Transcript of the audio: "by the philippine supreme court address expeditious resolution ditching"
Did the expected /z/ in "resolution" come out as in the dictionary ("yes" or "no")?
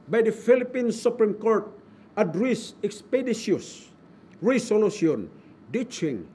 no